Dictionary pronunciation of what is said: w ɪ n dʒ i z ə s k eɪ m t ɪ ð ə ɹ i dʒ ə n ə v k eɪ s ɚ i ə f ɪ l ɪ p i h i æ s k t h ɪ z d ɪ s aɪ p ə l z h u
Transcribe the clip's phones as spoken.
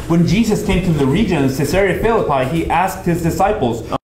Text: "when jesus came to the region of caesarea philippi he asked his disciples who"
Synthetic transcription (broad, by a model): w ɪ n dʒ i z ə s k eɪ m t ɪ ð ə ɹ i dʒ ə n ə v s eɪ s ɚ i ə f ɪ l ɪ p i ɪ i æ s k t h ɪ z d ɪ s aɪ p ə l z